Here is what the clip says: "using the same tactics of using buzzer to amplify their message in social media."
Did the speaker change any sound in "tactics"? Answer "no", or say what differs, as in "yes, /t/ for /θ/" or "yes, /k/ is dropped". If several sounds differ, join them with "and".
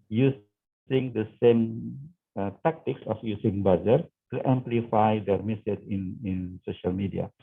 yes, /s/ is dropped